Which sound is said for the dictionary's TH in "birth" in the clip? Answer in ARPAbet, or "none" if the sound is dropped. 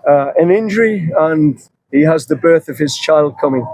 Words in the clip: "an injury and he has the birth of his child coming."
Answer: TH